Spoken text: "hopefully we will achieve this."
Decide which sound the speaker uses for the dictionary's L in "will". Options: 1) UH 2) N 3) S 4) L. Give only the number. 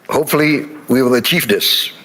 4